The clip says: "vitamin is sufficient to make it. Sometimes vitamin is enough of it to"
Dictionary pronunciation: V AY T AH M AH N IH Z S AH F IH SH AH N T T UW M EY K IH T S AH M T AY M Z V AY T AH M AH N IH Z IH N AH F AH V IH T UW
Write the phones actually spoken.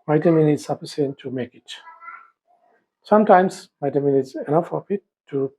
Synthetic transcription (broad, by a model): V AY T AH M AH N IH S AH P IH S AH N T T UW M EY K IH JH S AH M T AY M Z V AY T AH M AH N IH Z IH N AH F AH P IH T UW